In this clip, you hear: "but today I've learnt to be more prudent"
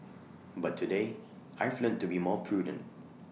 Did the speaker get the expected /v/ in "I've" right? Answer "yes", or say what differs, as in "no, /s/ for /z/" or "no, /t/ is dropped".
no, /f/ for /v/